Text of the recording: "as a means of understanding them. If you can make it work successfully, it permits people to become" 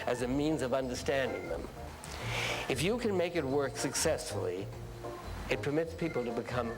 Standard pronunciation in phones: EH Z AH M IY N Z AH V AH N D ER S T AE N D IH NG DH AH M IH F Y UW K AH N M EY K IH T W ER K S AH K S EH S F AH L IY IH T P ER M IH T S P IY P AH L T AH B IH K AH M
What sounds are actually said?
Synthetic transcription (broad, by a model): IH Z AH M IY N Z AH V AH N D ER S T AE N D IH NG DH AH M IH F Y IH K AH N M EY K IH T W ER K S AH K S EH S F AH L IY IH T P ER M IH T S P IY P L T AH B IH K AH M